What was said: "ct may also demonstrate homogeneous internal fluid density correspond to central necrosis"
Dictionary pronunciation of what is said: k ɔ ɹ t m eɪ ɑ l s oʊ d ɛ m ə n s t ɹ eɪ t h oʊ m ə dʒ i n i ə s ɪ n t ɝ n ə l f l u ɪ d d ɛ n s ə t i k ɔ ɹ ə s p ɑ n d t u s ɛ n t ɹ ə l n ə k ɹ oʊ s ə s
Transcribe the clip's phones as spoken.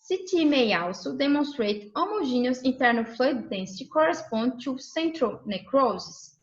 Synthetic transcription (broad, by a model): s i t m eɪ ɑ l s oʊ d ɛ m ə n s t ɹ eɪ t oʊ m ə ʒ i n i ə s ɪ n t ɝ n ə l f l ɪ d d ɛ n s ə t i k ɔ ɹ ə s p ɑ n d t u s ɛ n t ɹ ə l n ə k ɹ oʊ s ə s